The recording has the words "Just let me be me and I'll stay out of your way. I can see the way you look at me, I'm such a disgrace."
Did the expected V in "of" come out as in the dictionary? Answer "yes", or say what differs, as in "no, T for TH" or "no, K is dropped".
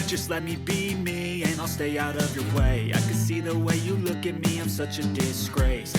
yes